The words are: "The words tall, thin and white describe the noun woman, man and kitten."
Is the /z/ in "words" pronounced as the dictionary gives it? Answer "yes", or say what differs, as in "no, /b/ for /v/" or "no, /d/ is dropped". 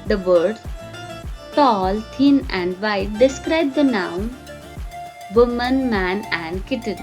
no, /z/ is dropped